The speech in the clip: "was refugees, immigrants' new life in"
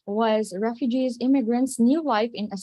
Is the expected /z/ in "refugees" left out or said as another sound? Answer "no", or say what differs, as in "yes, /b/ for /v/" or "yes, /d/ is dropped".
no